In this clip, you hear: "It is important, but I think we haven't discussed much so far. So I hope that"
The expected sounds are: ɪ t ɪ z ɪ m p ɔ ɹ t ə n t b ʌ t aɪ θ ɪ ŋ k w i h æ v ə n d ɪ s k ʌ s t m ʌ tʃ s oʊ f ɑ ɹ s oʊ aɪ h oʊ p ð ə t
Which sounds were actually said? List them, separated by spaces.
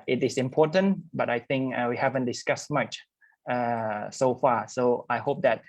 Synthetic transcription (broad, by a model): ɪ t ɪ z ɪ m p ɔ t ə n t b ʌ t aɪ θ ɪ ŋ k w i h æ v ə n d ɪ s k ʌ s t m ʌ tʃ s oʊ f ɑ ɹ s oʊ aɪ h oʊ p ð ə t